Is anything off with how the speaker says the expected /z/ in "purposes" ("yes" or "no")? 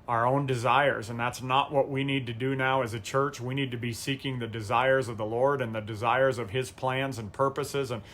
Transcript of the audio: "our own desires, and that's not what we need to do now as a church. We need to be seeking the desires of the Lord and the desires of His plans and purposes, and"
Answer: no